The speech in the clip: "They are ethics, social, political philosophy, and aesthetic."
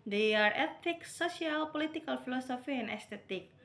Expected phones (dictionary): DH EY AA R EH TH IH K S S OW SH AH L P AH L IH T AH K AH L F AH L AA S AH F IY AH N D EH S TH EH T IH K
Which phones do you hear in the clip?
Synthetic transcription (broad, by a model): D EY AA R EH T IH K S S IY AH L P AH L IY T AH K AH L F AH L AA S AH F IY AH N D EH S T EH T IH K